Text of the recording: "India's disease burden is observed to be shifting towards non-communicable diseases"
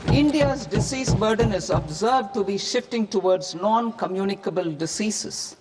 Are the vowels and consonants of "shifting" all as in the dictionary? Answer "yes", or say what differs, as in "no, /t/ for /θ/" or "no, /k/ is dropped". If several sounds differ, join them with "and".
yes